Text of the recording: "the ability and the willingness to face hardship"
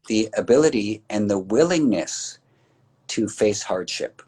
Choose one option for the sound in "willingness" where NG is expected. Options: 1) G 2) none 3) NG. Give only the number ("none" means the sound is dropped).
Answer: 3